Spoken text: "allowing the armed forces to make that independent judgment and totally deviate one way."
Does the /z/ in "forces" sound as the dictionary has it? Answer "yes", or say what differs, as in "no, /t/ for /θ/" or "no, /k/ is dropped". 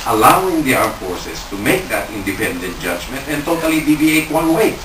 no, /s/ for /z/